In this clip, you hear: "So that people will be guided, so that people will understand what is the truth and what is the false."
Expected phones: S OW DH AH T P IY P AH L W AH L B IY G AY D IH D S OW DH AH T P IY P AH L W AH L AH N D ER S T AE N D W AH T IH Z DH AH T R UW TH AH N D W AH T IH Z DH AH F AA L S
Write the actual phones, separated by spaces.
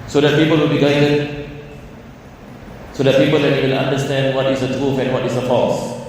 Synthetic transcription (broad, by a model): S OW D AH T P IY P AH L W AH L B IY G AY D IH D S OW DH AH T P IY P AH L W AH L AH N D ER S T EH N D W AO T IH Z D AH T R UW F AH N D W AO T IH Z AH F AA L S